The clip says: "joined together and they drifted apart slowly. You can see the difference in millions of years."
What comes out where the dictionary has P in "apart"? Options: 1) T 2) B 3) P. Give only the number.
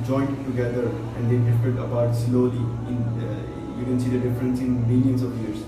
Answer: 2